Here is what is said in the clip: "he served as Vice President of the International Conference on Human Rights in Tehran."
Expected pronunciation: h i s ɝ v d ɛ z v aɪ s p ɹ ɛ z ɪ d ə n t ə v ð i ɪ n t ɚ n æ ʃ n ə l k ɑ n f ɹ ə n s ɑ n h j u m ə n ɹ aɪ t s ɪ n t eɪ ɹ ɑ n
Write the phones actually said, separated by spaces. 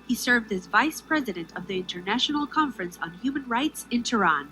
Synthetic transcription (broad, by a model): h i s ɝ v d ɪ z v aɪ s p ɹ ɛ z ɪ d ə n t ə v ð i ɪ n t ɚ n æ ʃ n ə l k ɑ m f ɹ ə n s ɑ n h j u m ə n ɹ aɪ t s ɪ n t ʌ ɹ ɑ n